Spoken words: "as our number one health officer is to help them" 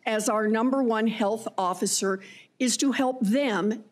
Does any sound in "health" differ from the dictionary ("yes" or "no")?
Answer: no